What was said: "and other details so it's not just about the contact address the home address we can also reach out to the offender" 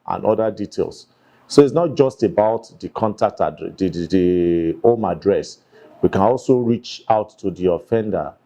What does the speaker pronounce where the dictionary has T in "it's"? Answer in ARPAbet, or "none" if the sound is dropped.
T